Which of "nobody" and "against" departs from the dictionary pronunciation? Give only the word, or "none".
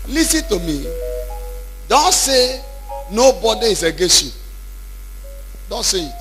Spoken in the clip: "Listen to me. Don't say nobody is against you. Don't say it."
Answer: against